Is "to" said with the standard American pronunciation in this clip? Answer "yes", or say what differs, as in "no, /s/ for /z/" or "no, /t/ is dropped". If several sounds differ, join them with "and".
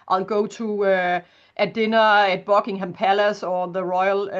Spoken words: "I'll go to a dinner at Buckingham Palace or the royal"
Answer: no, /s/ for /t/